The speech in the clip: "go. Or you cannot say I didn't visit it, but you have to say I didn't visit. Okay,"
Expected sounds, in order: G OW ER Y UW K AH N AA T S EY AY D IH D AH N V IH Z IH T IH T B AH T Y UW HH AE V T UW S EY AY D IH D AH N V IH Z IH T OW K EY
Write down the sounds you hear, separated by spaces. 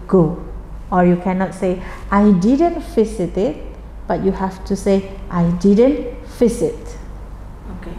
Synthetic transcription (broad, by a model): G OW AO Y UW K AH N AA T S EY AY D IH D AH N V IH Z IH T IH T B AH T Y UW HH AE F T UW S EY AY D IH D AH N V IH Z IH T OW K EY